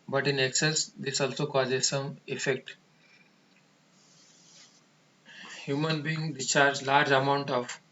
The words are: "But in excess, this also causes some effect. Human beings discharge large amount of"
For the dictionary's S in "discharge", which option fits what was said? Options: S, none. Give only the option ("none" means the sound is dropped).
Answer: none